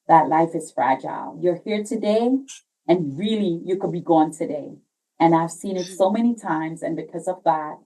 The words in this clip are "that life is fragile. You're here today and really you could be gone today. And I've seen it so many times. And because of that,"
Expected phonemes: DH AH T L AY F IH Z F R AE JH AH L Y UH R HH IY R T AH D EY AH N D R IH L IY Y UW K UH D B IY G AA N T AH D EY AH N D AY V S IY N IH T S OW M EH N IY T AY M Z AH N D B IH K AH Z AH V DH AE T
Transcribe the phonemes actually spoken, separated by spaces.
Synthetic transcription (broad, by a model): DH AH T L AY F IH Z F R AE JH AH L Y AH R HH IY R T AH D EY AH N R IH L IY Y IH K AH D B IY G AA N T AH D EY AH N AY V S IY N IH T S OW M EH N IY T AY M Z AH N B IH K AH Z AH V DH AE T